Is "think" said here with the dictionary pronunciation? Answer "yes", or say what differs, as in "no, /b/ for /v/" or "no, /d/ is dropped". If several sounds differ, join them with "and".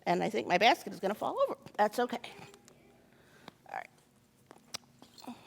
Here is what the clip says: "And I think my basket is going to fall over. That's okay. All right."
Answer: yes